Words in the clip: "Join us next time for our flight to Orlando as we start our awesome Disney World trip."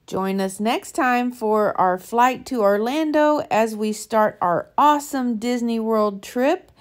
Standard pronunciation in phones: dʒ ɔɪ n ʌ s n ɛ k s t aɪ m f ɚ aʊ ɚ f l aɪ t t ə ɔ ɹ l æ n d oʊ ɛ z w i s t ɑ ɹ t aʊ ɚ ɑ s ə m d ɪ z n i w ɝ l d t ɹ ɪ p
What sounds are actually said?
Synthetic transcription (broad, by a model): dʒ ɔɪ n ʌ s n ɛ k s t aɪ m f ɚ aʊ ɚ f l aɪ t t ə ɔ ɹ l æ n d oʊ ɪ z w i s t ɑ ɹ t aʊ ɚ ɑ s ə m d ɪ z n i w ɝ l d t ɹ ɪ p